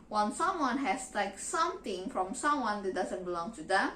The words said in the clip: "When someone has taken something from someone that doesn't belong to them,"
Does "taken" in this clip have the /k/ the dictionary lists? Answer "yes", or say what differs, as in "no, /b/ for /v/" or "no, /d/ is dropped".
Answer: no, /k/ is dropped